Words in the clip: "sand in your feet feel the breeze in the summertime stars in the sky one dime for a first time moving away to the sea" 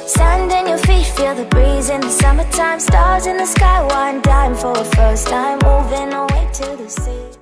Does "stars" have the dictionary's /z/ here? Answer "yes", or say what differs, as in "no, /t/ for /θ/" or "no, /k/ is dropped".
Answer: yes